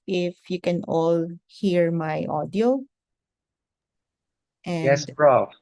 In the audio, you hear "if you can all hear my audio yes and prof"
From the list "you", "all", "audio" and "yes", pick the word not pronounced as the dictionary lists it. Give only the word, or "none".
yes